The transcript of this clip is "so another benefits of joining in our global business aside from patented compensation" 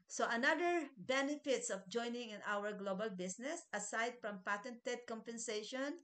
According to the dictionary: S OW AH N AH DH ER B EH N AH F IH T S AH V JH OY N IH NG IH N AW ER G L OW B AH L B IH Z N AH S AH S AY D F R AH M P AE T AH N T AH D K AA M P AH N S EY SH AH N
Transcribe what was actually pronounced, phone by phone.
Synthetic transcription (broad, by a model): S OW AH N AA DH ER B EH N AH F IH T S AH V JH OY N IH NG IH N AW ER G L OW B AH L B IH S N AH S AH S AY D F R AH M P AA T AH N T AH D K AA M P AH N S EY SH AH N